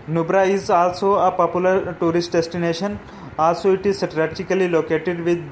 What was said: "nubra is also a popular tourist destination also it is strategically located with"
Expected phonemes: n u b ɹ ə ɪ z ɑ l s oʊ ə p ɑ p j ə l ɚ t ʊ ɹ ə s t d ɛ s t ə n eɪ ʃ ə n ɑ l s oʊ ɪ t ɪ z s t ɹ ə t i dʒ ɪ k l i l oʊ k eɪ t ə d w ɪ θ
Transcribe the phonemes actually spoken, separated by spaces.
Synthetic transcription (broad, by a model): n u b ɹ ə ɪ z ɑ l s oʊ ə p ɑ p j ə l ɚ t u ɹ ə s t d ɛ s t ə n eɪ ʃ ə n ɑ l s oʊ ɪ t ɪ z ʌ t ɹ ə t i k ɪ l i l oʊ k eɪ t ə d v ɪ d